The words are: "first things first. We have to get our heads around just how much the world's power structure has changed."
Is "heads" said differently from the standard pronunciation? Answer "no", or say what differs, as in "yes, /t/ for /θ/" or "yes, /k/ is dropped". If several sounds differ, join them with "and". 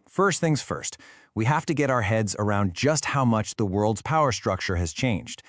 no